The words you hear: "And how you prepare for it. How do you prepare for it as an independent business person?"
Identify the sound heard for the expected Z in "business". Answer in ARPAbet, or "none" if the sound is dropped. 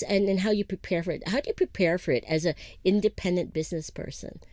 Z